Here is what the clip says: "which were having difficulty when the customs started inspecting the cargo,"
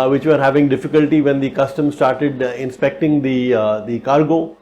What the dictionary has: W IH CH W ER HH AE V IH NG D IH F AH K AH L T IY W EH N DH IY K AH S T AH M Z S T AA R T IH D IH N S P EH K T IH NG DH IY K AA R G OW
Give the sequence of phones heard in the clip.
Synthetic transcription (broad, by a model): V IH CH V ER HH AE V IH NG D IH F AH K AH L T IY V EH N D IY K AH S T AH M S T AA R T IH D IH N S P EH K T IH NG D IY K AA R G OW